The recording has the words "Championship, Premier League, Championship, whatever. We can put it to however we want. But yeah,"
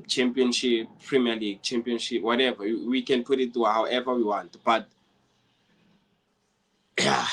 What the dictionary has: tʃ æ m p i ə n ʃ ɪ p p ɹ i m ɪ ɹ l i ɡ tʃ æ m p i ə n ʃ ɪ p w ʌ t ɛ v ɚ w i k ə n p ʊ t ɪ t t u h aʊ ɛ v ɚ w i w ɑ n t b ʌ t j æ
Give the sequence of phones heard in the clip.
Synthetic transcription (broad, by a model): tʃ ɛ m p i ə n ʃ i p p ɹ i m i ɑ l i ɡ tʃ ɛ m p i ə n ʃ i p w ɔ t ɛ v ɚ w i k ə n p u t ɪ t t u h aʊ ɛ v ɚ w i w ɑ n t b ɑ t j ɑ